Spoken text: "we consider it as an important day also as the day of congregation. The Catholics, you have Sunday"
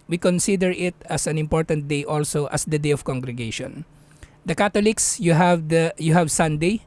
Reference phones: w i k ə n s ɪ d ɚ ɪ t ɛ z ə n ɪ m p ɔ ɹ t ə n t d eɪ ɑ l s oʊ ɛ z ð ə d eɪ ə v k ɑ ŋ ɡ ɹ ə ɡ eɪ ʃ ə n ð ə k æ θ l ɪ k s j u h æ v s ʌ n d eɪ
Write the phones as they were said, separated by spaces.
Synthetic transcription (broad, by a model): w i k ə n s ɪ d ɚ ɪ t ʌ s ə n ɪ m p ɔ ɹ t ə n t d eɪ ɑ l s oʊ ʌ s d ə d eɪ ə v k ɑ ŋ ɡ ɹ ə ɡ eɪ ʃ ə n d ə k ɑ t l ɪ k s j u h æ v s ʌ n d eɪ